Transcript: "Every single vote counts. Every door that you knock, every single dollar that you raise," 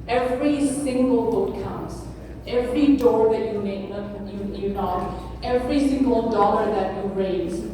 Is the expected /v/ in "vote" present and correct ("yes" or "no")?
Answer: no